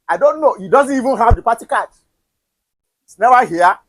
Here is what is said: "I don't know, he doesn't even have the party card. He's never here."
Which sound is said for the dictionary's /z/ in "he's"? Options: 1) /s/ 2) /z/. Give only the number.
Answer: 1